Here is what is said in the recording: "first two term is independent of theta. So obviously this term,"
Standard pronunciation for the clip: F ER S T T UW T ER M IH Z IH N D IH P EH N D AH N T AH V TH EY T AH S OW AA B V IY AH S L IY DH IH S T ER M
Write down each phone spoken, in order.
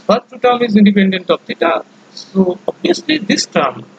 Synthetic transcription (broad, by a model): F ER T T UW T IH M IH Z IH N D IH P EH N D AH N T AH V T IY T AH S OW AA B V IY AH S L IY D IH S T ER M